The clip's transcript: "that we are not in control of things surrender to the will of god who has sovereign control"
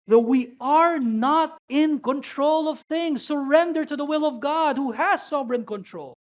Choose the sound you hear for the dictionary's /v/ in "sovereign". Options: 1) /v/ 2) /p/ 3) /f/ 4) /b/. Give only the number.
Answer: 4